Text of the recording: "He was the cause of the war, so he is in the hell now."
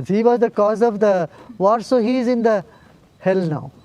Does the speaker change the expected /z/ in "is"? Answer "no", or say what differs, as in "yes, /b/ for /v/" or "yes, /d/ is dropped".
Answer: no